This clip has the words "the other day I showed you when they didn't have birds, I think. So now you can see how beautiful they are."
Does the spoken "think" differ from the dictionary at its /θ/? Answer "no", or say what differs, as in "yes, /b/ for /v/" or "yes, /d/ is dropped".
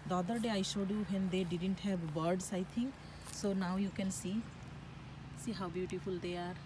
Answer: yes, /t/ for /θ/